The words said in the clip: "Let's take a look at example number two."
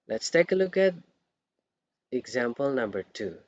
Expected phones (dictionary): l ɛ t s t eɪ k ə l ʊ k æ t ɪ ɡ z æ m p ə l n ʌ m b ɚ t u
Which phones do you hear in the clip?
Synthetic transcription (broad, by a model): l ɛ t s t eɪ k ə l ʊ k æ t ɪ ɡ z æ m p ə l n ʌ m b ɚ t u